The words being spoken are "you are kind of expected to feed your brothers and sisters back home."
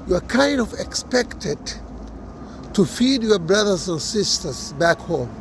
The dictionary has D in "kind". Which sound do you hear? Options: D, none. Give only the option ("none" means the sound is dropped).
D